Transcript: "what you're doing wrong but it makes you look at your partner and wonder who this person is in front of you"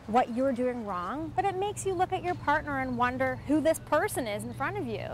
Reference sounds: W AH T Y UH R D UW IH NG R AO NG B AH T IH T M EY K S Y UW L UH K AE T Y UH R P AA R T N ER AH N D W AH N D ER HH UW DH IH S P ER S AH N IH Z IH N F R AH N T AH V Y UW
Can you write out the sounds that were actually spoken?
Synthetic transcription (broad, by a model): W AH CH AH R D UW IH NG R AO NG B AH T IH T M EY K S Y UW L UH K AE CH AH R P AA R T N ER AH N W AH N D ER HH UW DH IH S P ER S AH N IH Z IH N F R AH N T AH V Y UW